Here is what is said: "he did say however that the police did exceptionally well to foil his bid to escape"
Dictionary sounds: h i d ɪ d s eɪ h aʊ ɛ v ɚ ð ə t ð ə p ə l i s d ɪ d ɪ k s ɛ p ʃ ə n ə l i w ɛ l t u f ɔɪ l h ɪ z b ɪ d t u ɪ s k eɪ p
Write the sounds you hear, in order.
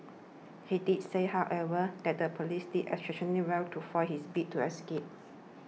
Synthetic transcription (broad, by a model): h i d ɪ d s eɪ h aʊ ɛ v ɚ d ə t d ə p ə l i s d ɪ d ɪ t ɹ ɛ ʃ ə n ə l i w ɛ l t u f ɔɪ h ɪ s b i t u ɪ s k eɪ p